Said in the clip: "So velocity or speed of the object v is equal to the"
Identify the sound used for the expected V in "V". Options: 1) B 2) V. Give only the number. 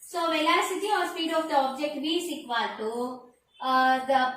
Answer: 1